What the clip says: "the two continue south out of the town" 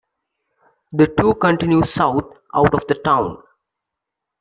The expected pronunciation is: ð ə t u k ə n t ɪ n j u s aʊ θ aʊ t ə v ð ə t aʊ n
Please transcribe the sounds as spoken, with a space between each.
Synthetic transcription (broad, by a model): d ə t u k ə n t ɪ n j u s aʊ t aʊ t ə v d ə t aʊ n